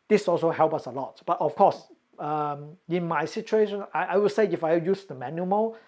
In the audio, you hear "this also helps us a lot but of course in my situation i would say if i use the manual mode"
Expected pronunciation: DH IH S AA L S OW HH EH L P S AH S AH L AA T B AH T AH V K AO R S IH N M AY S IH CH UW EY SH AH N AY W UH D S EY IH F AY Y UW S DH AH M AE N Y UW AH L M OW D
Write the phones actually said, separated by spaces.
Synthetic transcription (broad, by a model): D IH S AA L S OW HH EH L P AH S AH L AA T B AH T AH F K AO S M IH N M AY S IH CH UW EY SH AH N AY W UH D S EY IH F AY Y UW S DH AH M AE N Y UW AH M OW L